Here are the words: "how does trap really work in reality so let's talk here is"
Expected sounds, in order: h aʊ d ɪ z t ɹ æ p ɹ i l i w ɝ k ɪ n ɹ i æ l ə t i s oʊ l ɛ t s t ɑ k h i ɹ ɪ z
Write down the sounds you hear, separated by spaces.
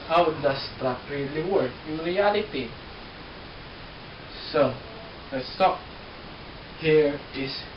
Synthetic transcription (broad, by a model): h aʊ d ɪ s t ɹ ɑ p ɹ i l i w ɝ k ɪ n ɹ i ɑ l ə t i s oʊ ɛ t s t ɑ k h i ɹ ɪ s